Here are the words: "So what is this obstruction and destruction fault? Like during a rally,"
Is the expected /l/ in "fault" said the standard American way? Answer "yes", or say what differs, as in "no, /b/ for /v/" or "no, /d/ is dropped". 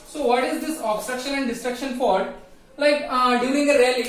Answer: no, /l/ is dropped